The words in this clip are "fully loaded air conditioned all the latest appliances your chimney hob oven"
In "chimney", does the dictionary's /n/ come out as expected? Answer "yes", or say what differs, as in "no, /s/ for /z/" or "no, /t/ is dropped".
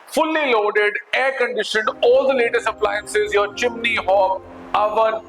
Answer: yes